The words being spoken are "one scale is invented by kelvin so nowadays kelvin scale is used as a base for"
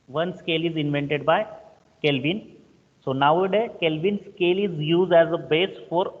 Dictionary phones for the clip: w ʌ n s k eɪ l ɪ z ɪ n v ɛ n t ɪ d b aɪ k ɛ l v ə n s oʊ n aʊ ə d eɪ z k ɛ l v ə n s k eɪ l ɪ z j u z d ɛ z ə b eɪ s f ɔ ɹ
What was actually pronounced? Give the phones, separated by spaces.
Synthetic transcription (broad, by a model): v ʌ n s k eɪ l ɪ z ɪ n v ɛ n t ɪ d b aɪ k ɛ l v ə n s oʊ n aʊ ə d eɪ k ɛ l v ə n s k eɪ l ɪ z j u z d ɛ z ə b eɪ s f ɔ ɹ